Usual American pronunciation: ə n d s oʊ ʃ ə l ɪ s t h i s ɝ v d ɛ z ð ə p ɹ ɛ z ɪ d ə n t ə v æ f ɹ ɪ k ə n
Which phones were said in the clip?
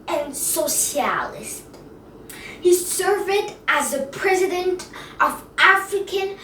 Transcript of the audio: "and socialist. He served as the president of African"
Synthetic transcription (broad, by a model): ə n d s oʊ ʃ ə l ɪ s t h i s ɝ v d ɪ z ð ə p ɹ ɛ z ɪ d ə n t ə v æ f ɹ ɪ k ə n